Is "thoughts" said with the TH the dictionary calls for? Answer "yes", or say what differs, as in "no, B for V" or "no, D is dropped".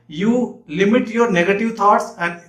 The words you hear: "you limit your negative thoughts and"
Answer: no, T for TH